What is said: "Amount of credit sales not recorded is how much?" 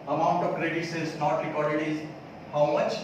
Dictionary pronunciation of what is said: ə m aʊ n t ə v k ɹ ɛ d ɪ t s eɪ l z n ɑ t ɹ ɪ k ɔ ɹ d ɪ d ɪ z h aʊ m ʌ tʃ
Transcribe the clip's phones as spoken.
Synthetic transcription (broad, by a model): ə m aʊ n t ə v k ɹ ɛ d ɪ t s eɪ z n ɑ t ɹ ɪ k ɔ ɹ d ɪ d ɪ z h aʊ m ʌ tʃ